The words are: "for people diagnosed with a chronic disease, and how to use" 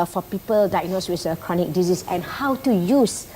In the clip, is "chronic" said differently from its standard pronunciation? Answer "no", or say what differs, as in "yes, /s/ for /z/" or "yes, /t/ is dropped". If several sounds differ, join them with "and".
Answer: no